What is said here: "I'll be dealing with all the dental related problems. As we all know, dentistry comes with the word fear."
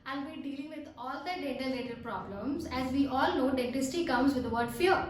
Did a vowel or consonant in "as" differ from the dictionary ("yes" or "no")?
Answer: no